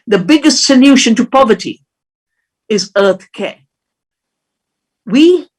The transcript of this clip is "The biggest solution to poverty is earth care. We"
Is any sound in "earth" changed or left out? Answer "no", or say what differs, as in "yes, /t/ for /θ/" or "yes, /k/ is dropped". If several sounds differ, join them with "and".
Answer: no